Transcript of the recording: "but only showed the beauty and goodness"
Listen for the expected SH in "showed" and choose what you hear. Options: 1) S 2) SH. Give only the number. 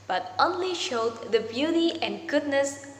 2